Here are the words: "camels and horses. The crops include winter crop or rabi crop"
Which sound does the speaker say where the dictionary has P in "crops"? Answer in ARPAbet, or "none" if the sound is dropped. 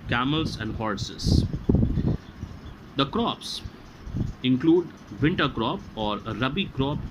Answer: P